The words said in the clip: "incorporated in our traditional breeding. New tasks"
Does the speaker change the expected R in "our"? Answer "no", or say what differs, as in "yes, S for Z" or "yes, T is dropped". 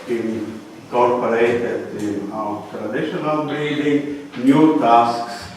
yes, W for R